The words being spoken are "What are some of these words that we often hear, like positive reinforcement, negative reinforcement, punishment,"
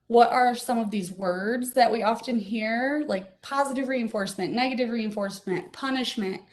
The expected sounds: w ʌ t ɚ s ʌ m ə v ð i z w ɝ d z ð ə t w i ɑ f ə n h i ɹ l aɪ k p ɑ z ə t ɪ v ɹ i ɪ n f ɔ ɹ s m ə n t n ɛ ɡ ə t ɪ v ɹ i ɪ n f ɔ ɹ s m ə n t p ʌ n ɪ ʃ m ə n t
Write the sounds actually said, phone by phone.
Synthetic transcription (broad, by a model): w ʌ t ɚ s ʌ m ə v ð i z w ɝ d z ð ə t w i ɑ f ə n h i ɹ l aɪ k p ɑ z ə t ɪ v ɹ i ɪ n f ɔ ɹ s m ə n n ɛ ɡ ə t ɪ v ɹ i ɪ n f ɔ ɹ s m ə n t p ʌ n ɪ ʃ m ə n t